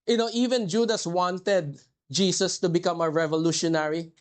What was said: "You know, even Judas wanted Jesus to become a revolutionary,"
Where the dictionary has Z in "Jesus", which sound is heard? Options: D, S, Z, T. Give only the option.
S